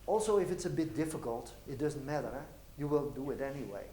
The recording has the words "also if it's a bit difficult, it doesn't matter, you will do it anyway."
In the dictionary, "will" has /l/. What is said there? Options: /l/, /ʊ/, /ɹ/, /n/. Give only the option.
/n/